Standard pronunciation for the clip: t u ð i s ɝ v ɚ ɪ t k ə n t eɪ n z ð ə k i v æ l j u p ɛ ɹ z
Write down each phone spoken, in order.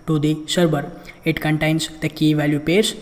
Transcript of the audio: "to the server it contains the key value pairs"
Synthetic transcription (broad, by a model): t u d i s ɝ b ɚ ɪ t k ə n t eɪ n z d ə k i v æ l j u p ɛ ɹ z